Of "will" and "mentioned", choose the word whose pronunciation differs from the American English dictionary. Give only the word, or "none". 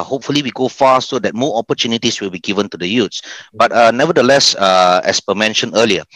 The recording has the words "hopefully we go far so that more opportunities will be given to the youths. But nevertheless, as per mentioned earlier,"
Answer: mentioned